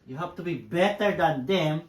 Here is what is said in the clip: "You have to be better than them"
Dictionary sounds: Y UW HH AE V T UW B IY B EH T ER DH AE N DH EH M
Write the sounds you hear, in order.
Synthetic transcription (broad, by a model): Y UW HH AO P T UW B IY B EH T ER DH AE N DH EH M